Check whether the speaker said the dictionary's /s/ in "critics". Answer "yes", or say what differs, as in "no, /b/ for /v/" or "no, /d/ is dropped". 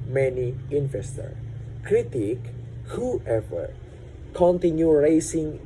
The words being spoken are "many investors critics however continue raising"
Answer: no, /s/ is dropped